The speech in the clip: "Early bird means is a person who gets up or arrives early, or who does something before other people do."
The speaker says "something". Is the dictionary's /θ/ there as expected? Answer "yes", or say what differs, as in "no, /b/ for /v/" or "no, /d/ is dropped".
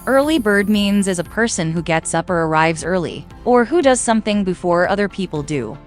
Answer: yes